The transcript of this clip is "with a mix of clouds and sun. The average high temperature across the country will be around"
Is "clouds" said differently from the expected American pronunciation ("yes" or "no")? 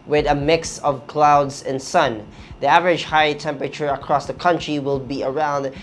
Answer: no